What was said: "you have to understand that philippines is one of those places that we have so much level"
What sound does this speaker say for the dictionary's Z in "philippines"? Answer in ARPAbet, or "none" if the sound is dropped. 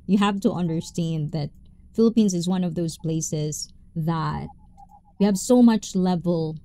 Z